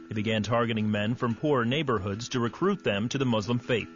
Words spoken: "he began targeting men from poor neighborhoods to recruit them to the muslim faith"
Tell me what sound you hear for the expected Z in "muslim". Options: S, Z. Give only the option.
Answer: Z